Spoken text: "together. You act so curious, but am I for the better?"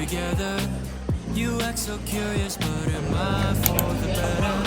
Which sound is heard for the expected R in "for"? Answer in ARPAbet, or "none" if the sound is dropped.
W